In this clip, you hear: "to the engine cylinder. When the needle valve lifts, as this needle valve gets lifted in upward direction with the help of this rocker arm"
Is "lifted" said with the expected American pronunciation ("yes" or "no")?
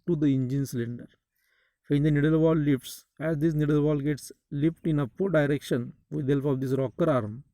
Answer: no